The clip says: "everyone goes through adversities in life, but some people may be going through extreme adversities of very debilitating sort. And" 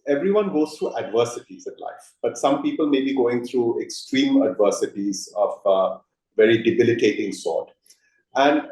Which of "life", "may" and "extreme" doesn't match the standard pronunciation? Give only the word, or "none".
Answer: none